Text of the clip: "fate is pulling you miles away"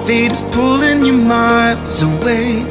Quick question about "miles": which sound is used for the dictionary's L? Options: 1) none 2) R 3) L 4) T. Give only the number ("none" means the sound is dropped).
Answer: 1